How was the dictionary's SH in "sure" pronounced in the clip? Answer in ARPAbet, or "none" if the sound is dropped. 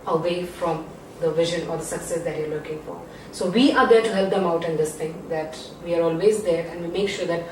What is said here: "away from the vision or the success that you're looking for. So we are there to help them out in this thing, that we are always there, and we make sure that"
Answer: SH